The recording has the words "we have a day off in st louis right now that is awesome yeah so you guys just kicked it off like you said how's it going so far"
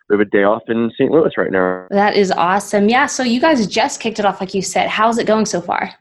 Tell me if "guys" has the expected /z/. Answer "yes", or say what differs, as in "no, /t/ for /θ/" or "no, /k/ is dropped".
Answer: yes